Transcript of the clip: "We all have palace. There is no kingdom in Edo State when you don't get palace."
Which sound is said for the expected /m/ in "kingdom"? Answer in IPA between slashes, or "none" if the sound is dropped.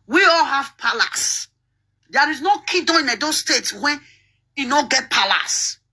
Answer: none